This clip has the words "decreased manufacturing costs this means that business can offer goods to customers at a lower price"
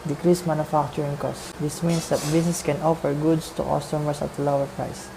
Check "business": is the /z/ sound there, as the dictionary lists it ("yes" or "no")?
no